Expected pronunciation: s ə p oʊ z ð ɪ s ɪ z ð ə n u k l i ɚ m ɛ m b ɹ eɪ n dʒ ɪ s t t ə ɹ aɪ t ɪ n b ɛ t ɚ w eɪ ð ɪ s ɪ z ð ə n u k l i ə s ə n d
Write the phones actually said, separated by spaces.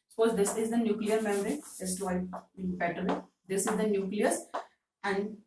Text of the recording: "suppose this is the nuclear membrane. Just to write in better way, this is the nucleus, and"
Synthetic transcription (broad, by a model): s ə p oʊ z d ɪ s ɪ z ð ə n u k l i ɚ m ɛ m ɹ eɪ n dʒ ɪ s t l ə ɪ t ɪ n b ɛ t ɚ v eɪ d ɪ s ɪ z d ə n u k l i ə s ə n d